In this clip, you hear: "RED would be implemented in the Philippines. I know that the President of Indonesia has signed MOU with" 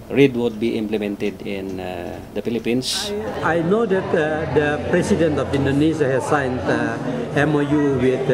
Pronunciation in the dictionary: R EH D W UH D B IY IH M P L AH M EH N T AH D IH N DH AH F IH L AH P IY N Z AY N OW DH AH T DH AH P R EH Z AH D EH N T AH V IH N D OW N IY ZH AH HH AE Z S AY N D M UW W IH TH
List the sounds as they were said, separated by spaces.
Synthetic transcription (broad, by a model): R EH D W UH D B IY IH M P L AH M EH N T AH D IH N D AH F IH L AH P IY N S AY N OW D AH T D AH P R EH S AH D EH N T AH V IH N D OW N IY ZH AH HH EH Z S AY N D M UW W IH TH